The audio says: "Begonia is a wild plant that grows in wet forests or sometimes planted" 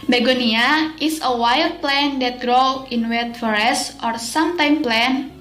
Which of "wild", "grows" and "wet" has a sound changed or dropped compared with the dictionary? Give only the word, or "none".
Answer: grows